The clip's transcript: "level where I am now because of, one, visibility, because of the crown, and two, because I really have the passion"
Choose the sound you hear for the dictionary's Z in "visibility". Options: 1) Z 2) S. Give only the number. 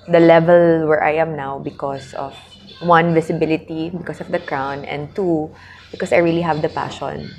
2